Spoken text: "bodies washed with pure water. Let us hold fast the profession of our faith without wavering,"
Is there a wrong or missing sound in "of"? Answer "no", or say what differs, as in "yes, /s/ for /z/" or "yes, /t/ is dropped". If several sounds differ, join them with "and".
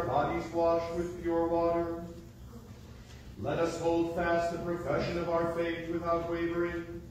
no